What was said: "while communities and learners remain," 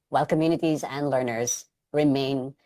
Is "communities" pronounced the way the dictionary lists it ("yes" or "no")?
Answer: yes